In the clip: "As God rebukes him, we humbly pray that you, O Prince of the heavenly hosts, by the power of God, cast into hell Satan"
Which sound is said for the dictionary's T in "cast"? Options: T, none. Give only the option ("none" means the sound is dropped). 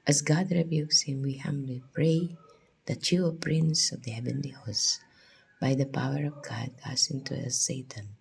none